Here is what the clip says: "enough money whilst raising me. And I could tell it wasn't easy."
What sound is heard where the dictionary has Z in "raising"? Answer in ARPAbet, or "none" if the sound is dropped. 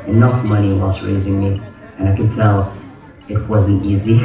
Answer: Z